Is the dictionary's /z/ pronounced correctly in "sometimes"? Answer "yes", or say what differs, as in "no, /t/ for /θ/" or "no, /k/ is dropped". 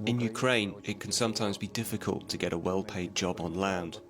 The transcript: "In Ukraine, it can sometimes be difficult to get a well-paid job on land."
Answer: yes